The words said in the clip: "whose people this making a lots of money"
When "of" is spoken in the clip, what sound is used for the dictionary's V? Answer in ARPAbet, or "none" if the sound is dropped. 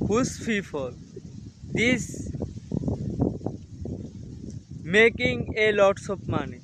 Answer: P